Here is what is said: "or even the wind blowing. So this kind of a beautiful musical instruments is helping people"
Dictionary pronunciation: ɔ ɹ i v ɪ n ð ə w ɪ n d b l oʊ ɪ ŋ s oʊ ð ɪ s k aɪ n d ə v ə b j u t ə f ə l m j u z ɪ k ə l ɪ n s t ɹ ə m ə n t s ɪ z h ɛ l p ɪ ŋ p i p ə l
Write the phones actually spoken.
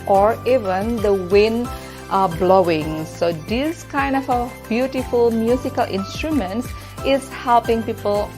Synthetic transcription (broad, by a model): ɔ ɹ i v ɪ n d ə w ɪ n b l oʊ ɪ ŋ s oʊ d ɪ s k aɪ n d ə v ə b j u t ə f ə l m j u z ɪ k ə l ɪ n s t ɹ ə m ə n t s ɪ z h ɛ l p ɪ ŋ p i p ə l